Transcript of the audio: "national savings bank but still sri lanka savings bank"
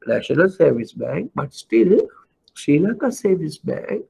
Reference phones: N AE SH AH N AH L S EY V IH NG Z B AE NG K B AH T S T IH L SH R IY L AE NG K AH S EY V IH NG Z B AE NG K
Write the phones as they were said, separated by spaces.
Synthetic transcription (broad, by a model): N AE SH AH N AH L S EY V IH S B AE NG K B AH T S T IH L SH IY L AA K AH S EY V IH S B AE NG K